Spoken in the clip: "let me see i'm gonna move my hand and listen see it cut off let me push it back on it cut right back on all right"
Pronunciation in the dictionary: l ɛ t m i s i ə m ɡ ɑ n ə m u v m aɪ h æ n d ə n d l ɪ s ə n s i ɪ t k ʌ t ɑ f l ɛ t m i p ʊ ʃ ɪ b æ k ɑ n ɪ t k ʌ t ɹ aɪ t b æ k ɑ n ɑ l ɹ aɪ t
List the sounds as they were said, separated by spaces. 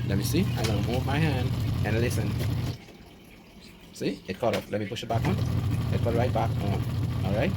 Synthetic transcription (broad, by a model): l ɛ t m i s i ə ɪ l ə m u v m aɪ h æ n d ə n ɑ l ɪ s ə n s i ɪ t k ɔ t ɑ p l ɛ t m i p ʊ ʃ ɪ b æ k ɑ n ɪ t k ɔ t ɹ aɪ t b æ k ɑ n ɑ l ɹ aɪ t